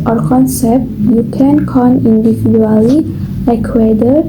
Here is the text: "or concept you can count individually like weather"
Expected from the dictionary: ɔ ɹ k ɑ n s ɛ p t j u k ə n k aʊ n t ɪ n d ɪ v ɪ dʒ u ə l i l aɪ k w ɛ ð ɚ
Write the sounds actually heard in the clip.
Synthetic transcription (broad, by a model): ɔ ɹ k ɑ n s ɛ p t j u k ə n k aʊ n ɪ n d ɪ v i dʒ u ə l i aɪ k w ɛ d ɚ